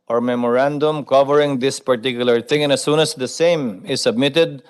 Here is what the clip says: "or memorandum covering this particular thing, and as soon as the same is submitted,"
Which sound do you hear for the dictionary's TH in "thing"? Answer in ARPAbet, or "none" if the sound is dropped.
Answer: T